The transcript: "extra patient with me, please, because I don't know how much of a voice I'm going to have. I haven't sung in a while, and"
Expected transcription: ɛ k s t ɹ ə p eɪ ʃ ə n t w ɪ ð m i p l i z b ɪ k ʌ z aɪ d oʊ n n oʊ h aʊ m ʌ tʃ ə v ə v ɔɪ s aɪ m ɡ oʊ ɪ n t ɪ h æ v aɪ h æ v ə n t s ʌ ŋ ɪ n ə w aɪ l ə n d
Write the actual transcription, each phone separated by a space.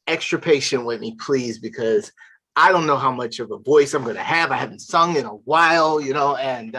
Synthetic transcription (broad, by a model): ɛ k s t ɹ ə p eɪ ʃ ə n t w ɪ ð m i p l i z b ɪ k ʌ z aɪ d oʊ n n oʊ h aʊ m ʌ tʃ ə v ə v ɔɪ s aɪ m ɡ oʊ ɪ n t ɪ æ v aɪ h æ v n t s ʌ ŋ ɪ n ə w aɪ l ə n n